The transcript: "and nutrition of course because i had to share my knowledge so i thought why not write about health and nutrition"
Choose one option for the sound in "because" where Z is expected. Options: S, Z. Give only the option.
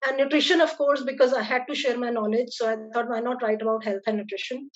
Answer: Z